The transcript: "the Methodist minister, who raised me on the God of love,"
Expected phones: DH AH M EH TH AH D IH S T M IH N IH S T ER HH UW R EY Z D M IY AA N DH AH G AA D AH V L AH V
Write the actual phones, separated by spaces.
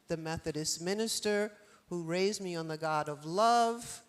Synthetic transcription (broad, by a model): DH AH M EH TH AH D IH S M IH N IH S T ER HH UW R EY Z M IY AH N DH AH G AA D AH V L AH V